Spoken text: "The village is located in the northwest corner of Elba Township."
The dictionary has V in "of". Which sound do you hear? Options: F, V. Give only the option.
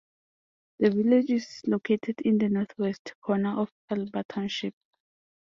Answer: F